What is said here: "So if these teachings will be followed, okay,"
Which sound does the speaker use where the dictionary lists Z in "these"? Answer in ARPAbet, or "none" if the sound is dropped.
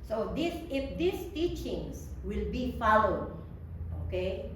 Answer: S